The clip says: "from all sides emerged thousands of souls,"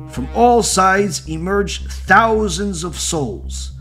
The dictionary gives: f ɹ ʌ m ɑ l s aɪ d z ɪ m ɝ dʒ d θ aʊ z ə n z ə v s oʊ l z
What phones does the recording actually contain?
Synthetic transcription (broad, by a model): f ɹ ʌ m ɑ l s aɪ d z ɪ m ɝ dʒ θ aʊ z ə n z ə v s oʊ l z